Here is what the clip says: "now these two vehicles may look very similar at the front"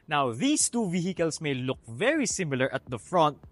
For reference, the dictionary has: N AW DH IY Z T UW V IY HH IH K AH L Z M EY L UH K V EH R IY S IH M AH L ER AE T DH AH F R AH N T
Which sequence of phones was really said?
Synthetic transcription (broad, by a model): N AW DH IY S T UW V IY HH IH K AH L S M EY L UH K V EH R IY S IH M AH L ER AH T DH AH F R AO N T